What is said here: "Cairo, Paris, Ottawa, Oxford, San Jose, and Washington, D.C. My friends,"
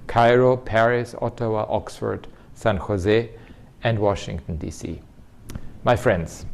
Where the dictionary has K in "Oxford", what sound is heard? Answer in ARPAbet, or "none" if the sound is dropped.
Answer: K